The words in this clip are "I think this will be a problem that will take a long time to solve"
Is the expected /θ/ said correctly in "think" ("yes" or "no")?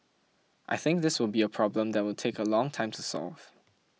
yes